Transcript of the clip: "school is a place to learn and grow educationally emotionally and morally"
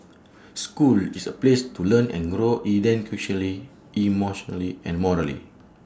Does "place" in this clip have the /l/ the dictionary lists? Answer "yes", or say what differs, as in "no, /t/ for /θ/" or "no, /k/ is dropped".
yes